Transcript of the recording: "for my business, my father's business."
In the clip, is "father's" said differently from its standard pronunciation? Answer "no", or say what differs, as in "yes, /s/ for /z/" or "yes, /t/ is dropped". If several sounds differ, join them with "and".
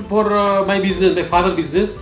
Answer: yes, /z/ is dropped